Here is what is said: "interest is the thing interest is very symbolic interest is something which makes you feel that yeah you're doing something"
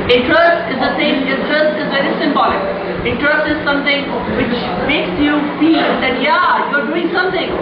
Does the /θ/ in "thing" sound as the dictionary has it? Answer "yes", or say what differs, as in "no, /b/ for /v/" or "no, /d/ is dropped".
no, /s/ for /θ/